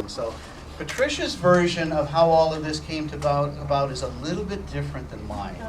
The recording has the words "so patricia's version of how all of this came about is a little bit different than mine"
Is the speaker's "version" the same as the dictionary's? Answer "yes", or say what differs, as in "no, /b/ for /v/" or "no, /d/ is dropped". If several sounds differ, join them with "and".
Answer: yes